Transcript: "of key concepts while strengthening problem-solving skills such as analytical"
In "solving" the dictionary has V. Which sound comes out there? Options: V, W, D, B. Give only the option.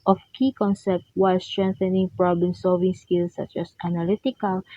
V